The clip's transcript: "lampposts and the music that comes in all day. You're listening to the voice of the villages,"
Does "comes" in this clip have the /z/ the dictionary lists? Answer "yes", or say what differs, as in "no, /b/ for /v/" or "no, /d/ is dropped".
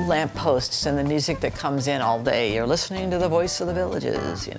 yes